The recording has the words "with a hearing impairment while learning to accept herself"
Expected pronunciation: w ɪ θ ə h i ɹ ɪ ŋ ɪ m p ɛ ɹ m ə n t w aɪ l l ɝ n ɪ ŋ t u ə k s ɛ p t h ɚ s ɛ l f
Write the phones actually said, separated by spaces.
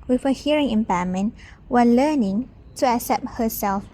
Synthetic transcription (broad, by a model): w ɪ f ə h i ɹ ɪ ŋ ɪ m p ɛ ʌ m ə n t w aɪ n l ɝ n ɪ ŋ t u ə k s ɛ p t h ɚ s ɛ l f